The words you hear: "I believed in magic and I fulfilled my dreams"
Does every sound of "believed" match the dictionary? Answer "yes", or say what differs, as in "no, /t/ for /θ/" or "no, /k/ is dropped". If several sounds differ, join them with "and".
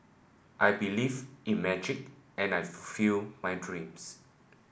no, /d/ is dropped